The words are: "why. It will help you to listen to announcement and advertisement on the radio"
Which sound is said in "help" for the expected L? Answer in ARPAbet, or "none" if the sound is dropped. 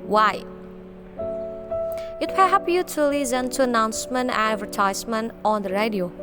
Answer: none